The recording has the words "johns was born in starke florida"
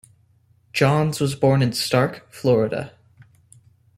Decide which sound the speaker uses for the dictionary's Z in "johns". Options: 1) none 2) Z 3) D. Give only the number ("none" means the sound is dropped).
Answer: 2